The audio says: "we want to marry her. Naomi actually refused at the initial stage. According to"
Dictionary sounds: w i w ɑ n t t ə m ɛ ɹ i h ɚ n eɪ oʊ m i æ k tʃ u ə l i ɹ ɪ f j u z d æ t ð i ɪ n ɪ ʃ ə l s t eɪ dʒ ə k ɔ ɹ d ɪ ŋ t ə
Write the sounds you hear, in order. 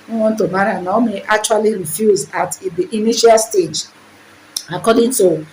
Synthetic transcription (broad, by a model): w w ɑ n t t ə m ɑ ɹ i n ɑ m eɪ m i k tʃ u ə l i ɹ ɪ f j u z ɑ t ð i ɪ n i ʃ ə l s t eɪ dʒ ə k ɔ d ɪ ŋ t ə